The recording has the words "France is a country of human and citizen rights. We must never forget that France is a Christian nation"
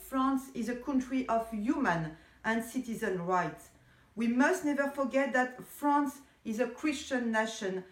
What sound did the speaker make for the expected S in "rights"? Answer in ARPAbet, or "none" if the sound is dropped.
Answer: S